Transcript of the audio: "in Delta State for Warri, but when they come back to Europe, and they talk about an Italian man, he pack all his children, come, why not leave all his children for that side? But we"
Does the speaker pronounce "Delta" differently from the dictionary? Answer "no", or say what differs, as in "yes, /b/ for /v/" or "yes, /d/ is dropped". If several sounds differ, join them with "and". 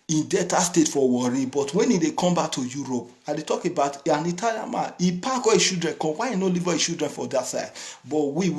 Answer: yes, /l/ is dropped